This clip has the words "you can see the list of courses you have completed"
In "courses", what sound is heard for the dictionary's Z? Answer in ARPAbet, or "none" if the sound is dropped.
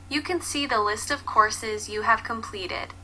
Z